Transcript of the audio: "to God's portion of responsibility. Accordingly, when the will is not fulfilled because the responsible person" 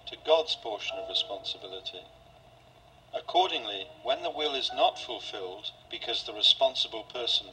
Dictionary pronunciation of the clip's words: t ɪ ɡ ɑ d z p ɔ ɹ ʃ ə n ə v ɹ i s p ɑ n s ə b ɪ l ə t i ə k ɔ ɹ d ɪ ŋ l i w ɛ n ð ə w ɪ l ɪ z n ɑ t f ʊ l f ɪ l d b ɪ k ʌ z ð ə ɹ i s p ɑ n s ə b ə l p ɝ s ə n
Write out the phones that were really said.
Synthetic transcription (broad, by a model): t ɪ ɡ ɑ d z p ɔ ɹ ʃ ə n ə v ɹ i s p ɑ n s ə b ɪ l ə t i ə k ɔ ɹ d ɪ ŋ l i w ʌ n ð ə w ɪ l ɪ z n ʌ t f ʊ l f ɪ l d b ɪ k ʌ z ð ə ɹ i s p ɑ n s ə b ə l p ɝ s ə n